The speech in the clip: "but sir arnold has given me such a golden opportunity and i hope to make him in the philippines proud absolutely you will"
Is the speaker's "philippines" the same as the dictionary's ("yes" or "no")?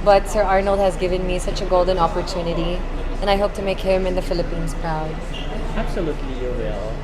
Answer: yes